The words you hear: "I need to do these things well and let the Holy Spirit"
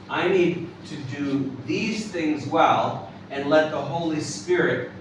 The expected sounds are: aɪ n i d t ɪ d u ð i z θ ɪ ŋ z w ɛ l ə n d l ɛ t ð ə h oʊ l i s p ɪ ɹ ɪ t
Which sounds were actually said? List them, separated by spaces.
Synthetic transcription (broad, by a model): aɪ n i d t ɪ d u ð i z θ ɪ ŋ z w ɛ l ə n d l ɛ t ð ə h oʊ l i s p ɪ ɹ ɪ t